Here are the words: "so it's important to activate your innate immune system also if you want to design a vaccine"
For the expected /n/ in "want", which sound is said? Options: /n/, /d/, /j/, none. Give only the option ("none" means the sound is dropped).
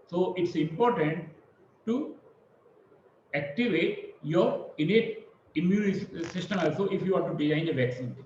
none